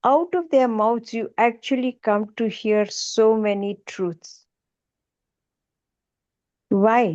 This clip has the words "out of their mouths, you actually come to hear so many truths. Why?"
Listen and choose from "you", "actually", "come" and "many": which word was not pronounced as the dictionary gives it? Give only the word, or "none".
none